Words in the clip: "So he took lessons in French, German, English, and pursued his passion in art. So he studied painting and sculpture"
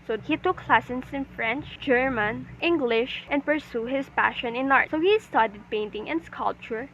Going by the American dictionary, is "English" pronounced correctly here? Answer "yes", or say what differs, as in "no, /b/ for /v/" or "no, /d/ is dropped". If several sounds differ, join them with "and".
yes